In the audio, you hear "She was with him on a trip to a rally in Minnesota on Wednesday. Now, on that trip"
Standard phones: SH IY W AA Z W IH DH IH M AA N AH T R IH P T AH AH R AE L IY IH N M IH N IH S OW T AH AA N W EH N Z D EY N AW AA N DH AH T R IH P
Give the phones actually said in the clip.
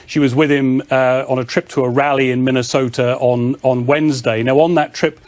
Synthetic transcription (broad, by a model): SH IY W AA Z W IH DH IH M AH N AH T R IH P T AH AH R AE L IY IH N M IH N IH S OW T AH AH N W EH N Z D EY N AW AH N DH AH T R IH P